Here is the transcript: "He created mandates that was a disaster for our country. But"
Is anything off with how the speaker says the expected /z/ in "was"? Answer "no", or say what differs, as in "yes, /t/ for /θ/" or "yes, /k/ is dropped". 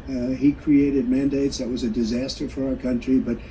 no